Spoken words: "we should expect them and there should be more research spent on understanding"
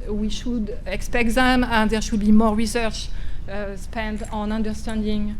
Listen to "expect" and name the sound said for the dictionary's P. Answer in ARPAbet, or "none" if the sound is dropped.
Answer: P